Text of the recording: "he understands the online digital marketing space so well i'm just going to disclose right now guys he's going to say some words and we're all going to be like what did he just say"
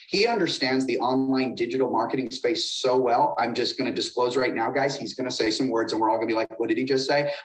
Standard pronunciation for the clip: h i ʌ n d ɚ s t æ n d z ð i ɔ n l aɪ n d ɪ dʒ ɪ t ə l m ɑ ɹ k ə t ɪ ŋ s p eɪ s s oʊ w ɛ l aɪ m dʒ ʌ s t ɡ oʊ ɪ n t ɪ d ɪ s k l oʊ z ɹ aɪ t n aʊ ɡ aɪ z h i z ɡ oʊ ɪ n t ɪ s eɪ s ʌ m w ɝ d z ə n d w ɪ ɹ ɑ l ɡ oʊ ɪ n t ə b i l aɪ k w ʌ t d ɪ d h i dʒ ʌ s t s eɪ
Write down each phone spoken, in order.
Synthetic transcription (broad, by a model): h i ʌ n d ɚ s t æ n d z ð i ɔ n l aɪ n d ɪ dʒ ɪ t l m ɑ ɹ k ə t ɪ ŋ s p eɪ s s oʊ w ɛ l aɪ m dʒ ʌ s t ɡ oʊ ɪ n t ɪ d ɪ s k l oʊ z ɹ aɪ t n aʊ ɡ aɪ z h i z ɡ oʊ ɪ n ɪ s eɪ s ʌ m w ɝ d z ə n w ɪ ɹ ɑ l ɡ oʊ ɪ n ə b i l aɪ k w ʌ t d ɪ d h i dʒ ʌ s t s eɪ